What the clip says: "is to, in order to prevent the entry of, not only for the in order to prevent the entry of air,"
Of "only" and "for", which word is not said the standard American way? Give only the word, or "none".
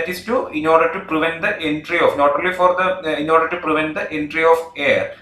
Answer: only